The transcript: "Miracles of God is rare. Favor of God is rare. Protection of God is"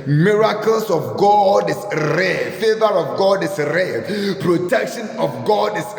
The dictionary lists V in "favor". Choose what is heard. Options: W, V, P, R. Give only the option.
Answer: V